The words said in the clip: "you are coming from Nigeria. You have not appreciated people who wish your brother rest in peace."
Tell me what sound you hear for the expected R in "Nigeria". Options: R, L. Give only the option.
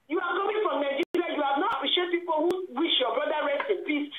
L